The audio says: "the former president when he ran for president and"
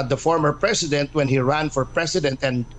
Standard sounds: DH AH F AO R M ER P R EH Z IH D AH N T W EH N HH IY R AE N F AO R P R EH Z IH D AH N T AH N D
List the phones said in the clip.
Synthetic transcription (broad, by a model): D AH F AO R M ER P R EH S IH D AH N T W EH N HH IY R AE N F AO R P R EH S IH D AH N T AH N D